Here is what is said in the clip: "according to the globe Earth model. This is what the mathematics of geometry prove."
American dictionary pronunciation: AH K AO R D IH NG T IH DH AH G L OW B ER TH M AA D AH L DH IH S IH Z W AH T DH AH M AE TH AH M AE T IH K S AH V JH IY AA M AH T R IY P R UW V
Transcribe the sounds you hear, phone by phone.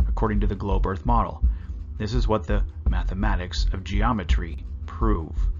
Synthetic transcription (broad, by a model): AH K AO R D IH NG T IH DH AH G L OW B ER TH M AA D L DH IH S IH Z W AH T DH AH M AE TH AH M AE T IH K S AH V JH IY AA M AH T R IY P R UW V